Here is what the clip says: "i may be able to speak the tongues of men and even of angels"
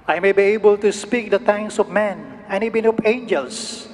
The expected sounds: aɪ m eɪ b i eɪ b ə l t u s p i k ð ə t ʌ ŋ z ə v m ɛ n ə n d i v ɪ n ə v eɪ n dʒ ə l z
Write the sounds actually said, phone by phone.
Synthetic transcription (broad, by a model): aɪ m eɪ b i eɪ b ə l t u s p i k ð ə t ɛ ŋ s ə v m ɛ n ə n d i b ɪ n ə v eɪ n dʒ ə l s